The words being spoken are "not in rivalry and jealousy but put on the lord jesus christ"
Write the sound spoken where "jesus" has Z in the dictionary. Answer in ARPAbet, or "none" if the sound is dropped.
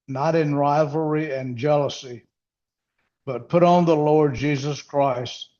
Z